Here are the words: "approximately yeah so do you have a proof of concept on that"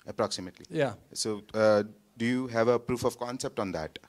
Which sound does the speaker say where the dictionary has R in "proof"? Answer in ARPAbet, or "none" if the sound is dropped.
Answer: R